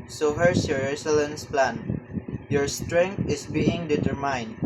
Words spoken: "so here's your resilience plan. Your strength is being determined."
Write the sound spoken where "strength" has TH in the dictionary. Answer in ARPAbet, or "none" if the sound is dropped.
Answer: T